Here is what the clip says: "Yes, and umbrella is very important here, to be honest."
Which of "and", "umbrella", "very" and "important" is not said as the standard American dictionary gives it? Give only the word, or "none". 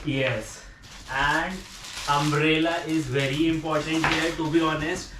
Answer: umbrella